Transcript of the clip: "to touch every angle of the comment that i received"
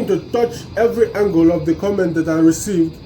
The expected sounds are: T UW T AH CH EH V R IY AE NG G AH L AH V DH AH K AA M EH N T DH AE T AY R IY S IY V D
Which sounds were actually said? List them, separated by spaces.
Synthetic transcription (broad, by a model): T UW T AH CH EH V R IY AE NG G AH L AH V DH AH K AA M EH N T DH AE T AY R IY S IY V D